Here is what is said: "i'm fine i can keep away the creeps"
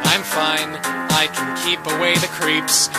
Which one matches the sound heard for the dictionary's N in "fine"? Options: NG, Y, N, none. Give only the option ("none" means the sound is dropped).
N